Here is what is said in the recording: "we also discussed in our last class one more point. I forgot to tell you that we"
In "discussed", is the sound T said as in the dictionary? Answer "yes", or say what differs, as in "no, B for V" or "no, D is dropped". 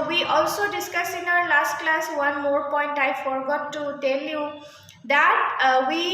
no, T is dropped